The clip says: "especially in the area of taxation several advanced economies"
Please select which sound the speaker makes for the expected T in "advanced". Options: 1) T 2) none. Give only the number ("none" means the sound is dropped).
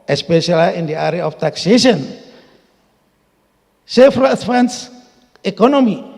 2